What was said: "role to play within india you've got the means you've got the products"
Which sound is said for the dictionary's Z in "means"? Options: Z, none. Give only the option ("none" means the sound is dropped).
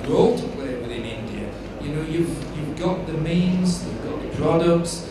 Z